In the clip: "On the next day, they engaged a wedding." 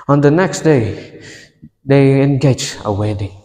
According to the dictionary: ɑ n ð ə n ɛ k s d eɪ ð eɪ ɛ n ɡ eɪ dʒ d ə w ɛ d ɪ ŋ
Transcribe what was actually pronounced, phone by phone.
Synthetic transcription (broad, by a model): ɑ n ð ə n ɛ k s d eɪ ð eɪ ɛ n ɡ eɪ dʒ ə w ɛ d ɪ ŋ